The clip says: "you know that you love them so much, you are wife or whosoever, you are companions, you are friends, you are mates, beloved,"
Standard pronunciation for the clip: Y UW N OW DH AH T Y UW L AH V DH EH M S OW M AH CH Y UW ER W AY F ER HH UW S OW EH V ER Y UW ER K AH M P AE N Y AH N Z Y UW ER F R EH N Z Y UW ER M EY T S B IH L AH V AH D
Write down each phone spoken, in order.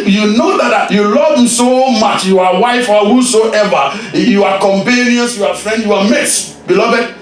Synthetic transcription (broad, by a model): Y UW N OW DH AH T Y UW L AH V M S OW M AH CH Y UW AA W AY F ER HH UW S OW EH V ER Y UW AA K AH M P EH N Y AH N S Y UW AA F R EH N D Y UW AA M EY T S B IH L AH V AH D